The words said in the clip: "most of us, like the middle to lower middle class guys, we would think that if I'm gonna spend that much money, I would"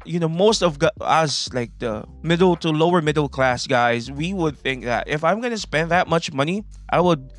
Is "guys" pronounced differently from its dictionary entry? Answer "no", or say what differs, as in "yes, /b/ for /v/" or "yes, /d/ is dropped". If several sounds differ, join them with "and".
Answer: no